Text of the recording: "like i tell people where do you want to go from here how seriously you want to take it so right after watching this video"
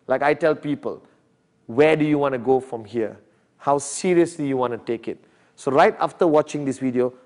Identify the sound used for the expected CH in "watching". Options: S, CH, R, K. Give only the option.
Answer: CH